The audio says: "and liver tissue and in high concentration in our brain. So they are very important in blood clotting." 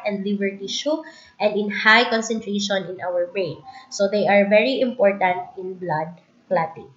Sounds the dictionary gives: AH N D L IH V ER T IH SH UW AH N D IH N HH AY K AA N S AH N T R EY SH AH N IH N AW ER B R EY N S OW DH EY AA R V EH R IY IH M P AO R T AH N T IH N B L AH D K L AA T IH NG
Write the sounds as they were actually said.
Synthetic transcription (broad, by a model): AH N D L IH B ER T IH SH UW AH N D IH N HH AY K AA N S AH N T R EY SH AH N IH N AW ER B R EY N S OW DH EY AA R V EH R IY IH M P AO R T AH N T IH N B L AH D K L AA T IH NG